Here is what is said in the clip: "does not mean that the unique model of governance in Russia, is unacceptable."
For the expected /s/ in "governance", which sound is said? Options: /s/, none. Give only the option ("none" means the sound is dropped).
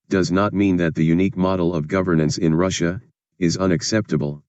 /s/